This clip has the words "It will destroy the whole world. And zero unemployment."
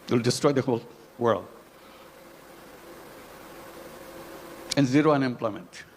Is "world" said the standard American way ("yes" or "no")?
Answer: yes